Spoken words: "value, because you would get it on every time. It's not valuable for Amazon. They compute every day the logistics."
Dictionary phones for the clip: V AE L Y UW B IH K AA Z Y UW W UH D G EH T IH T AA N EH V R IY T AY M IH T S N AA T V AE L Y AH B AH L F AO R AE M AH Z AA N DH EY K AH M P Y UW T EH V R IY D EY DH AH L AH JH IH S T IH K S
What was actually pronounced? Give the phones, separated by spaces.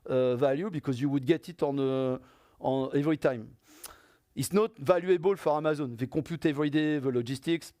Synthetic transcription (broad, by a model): V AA L Y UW B IH K AA Z Y UW W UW D G EH T IH T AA N EH V R IY T AY M IH T S N AA T V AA L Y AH B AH L F AO R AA M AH Z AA N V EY K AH P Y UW T EH V R IY D EY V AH L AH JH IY S T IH K S